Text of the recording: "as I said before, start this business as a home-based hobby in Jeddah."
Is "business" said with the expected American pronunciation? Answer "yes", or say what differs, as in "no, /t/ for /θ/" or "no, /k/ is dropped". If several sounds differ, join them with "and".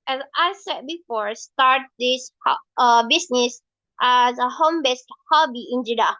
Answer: no, /s/ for /z/